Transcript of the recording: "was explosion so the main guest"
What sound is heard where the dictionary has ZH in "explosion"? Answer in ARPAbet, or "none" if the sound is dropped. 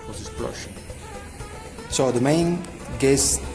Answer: SH